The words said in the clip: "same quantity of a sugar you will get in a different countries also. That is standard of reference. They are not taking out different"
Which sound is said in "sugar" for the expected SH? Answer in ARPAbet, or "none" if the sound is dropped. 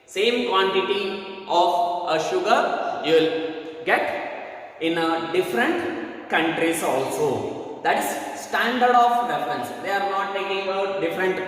SH